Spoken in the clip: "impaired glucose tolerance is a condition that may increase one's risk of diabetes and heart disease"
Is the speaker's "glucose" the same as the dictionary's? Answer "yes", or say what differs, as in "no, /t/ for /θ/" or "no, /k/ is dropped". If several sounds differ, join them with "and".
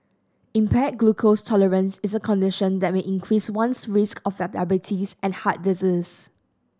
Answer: yes